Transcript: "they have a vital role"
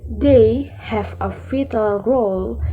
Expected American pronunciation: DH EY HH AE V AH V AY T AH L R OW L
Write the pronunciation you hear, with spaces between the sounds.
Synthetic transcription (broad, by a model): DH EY HH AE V AH F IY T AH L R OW L